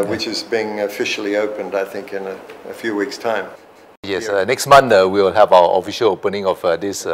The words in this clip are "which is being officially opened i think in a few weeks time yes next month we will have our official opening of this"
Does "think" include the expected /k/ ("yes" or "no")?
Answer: yes